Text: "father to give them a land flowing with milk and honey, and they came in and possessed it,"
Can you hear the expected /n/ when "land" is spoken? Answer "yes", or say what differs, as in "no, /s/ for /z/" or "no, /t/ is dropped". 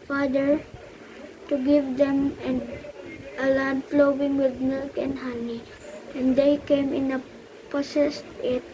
no, /l/ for /n/